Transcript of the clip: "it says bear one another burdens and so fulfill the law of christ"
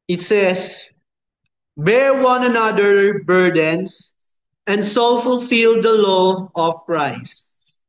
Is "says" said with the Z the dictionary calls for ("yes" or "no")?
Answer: no